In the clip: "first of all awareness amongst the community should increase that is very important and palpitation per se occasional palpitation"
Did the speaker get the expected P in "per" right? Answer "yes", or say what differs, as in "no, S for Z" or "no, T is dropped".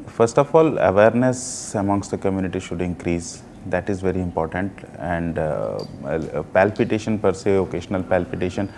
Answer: yes